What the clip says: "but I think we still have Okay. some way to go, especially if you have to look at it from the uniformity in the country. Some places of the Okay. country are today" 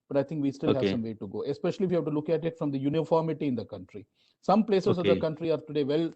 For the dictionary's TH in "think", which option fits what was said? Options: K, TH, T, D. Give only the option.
T